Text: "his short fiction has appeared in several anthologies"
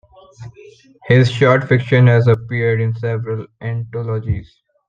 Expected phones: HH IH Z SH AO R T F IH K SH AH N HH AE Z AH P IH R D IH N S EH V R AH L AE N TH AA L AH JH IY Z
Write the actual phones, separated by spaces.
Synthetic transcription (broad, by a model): HH IH Z SH AO R T F IH K SH AH N HH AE Z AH P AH R D IH N S EH V R AH L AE N T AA L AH JH IY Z